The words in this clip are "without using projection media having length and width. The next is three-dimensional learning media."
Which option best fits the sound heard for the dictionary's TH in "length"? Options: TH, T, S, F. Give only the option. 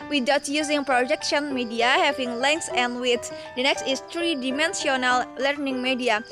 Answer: S